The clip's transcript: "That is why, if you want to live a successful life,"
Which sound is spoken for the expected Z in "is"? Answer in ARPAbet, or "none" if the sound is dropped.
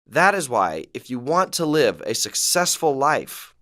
Z